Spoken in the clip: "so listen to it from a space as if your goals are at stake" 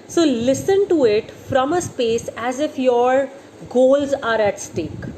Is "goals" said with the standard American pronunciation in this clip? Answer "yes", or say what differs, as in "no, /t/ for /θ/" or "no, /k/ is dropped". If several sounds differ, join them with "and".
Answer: yes